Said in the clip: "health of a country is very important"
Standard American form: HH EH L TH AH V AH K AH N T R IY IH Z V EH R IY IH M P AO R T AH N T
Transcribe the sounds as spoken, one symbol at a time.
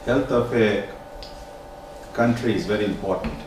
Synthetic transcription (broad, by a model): HH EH L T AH F AH K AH N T R IY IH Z V EH R IY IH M P AO T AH N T